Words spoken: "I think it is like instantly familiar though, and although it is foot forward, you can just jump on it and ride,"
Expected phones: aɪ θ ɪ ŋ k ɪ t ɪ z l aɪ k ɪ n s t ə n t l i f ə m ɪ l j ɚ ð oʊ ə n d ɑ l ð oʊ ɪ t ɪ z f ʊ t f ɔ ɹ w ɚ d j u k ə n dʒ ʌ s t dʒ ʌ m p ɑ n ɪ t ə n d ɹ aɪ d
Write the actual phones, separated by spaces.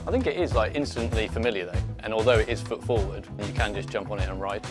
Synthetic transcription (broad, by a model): aɪ θ ɪ ŋ k ɪ t ɪ z l aɪ k ɪ n s t ə n t l i f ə m ɪ l j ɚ ð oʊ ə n ɑ l ð oʊ ɪ t ɪ z f ʊ t f ɔ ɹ w ɚ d j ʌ k ə n dʒ ʌ s dʒ ʌ m p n ɪ t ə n ɹ aɪ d